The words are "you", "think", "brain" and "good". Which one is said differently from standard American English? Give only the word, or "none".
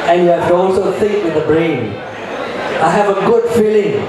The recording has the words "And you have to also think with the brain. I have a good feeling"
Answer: think